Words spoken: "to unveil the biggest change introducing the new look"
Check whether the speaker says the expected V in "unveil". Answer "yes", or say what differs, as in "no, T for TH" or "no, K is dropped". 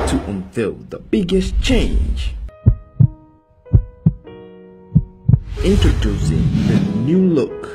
no, F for V